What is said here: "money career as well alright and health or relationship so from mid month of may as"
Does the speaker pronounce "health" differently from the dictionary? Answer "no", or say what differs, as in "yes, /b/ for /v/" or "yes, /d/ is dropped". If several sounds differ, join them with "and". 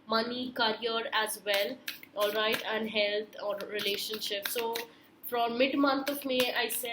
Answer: yes, /t/ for /θ/